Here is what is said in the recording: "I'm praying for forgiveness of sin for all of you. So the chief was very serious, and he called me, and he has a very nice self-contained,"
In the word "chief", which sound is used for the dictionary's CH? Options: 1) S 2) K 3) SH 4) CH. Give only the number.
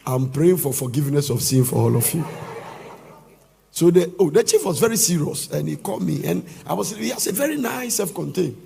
4